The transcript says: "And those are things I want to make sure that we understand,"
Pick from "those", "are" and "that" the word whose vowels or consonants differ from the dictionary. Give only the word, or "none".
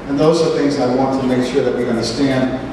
none